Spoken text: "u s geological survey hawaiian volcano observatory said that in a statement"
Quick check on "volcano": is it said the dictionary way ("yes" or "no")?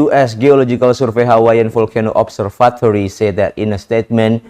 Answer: no